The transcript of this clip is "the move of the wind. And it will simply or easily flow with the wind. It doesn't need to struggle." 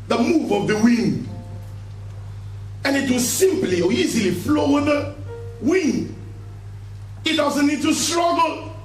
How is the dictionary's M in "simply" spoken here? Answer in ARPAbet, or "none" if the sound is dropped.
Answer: M